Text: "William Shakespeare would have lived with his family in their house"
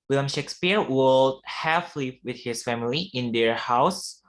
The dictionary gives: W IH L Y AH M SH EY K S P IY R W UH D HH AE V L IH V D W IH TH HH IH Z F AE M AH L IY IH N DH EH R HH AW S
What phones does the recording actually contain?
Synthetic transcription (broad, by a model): W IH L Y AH M SH EY K S P IY R W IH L HH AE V L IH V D W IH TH HH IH S F AE M AH L IY IH N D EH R HH AW S